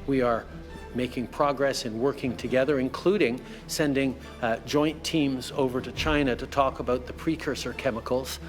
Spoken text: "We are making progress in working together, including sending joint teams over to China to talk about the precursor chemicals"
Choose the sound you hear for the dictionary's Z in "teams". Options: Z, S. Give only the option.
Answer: Z